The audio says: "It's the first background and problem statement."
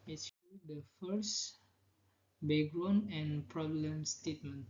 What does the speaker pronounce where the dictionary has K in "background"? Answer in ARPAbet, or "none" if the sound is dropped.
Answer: none